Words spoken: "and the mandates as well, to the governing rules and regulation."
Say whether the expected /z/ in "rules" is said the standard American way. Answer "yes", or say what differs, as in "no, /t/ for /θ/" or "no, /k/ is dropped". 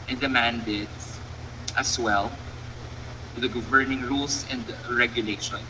no, /s/ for /z/